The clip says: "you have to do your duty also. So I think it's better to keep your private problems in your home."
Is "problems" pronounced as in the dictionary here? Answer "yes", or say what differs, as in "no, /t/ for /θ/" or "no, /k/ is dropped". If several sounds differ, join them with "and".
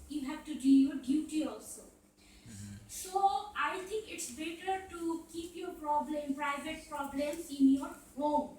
no, /z/ is dropped